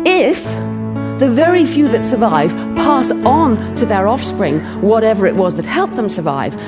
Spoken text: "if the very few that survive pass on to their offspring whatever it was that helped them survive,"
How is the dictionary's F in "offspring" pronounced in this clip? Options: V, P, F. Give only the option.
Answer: F